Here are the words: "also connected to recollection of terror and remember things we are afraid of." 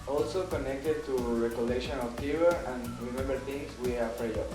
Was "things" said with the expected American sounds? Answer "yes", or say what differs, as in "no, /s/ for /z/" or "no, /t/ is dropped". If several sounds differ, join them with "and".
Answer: no, /t/ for /θ/